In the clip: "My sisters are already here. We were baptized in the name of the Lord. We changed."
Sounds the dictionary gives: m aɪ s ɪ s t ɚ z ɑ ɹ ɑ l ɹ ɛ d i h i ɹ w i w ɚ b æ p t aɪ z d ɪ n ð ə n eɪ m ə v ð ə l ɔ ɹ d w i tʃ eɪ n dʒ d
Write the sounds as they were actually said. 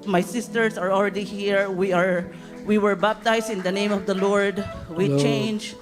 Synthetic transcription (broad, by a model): m aɪ s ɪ s t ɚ s ɑ ɹ ɑ l ɹ ɛ d i h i ɹ w i w ɚ b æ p t aɪ s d ɪ n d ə n eɪ m ə v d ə l ɔ ɹ d w i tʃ eɪ n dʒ